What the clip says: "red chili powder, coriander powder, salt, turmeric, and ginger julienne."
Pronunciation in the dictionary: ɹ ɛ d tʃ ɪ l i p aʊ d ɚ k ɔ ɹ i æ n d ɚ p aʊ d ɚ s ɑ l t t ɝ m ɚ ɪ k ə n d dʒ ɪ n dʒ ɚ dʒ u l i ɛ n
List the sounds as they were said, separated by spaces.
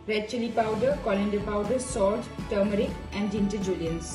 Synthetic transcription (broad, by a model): ɹ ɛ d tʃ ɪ l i p aʊ d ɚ k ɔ l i n d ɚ p aʊ d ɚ s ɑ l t t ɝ m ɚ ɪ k ə n d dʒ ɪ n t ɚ dʒ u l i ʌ n